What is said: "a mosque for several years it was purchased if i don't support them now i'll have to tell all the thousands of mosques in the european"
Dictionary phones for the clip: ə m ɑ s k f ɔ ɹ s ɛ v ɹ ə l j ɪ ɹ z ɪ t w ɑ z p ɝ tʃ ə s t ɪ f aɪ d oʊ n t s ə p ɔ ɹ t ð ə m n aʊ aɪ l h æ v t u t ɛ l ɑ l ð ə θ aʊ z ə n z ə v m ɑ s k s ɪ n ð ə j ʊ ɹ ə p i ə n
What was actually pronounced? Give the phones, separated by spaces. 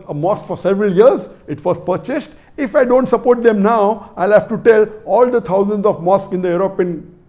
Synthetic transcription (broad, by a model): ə m ɑ s k f ɔ ɹ s ɛ v ɹ ə l j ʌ ɹ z ɪ t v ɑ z p ɝ tʃ ə s t ɪ f aɪ d oʊ n t s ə p ɔ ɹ t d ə m n aʊ aɪ l h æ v t u t ɛ l ɑ l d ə t aʊ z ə n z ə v m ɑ s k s ɪ n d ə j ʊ ɹ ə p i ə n